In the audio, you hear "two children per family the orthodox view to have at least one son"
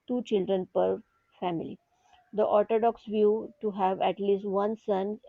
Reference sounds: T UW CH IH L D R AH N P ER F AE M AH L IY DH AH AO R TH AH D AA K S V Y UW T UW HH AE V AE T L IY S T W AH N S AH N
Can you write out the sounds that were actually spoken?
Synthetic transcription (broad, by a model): T UW CH IH L D R AH N P ER F AE M AH L IY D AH AO R T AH D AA K S V Y UW T UW HH AE V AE T L IY S T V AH N S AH N